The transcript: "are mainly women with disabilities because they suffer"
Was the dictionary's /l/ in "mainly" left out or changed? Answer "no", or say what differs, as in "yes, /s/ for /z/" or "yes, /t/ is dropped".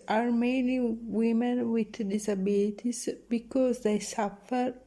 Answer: yes, /l/ is dropped